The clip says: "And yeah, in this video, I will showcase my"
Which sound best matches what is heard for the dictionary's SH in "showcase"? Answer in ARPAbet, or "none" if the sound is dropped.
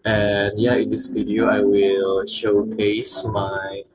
SH